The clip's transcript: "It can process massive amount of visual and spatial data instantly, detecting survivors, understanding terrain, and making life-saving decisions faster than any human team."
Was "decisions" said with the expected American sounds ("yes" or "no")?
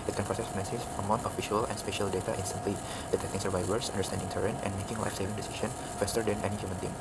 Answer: no